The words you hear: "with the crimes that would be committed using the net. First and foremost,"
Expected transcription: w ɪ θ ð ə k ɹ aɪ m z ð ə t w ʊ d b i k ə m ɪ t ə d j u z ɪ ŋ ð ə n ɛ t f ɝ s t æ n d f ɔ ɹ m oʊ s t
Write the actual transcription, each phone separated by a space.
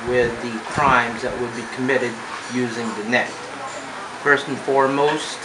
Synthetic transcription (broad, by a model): w ɪ ð ə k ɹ aɪ m z ð ə t w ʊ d b i k ə m ɪ t ə d j u z ɪ ŋ ð ə n ɛ t f ɝ s t n f ɔ ɹ m oʊ s t